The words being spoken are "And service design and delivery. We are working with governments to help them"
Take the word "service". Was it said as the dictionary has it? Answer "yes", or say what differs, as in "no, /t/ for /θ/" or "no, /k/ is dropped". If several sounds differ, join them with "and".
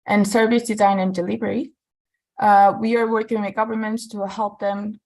yes